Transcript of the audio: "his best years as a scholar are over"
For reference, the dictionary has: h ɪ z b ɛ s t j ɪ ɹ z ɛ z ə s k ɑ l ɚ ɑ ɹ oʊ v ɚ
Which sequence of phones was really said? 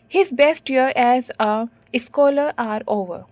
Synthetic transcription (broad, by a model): h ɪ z b ɛ s t j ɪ ɹ ɛ z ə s k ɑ l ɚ ɑ ɹ oʊ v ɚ